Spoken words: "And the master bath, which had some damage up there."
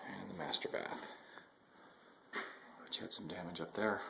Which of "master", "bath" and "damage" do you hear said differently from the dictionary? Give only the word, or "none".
none